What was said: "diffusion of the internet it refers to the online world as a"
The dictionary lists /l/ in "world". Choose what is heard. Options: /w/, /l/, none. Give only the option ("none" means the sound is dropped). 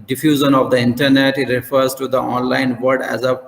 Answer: none